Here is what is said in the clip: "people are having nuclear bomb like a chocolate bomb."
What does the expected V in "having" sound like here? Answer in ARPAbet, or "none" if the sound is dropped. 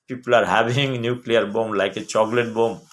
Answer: B